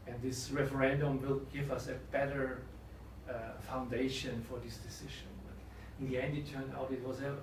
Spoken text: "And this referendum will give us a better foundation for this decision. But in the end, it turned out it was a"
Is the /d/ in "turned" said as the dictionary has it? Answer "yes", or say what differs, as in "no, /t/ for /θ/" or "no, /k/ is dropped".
no, /d/ is dropped